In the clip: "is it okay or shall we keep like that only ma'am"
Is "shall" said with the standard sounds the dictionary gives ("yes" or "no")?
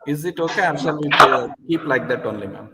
no